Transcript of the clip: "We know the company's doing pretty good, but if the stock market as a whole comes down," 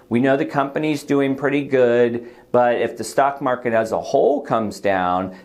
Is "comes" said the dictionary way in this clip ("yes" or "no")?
yes